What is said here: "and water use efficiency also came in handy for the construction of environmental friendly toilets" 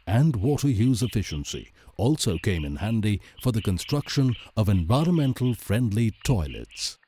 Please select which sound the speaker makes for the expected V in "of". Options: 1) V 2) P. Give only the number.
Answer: 1